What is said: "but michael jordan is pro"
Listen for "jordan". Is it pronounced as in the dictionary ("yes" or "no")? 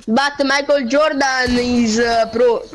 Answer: yes